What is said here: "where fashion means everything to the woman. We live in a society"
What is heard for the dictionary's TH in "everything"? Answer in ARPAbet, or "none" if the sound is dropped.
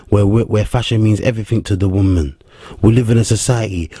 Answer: TH